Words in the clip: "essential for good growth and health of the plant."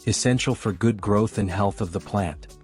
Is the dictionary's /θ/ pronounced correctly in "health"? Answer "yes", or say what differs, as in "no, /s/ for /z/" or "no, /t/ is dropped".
yes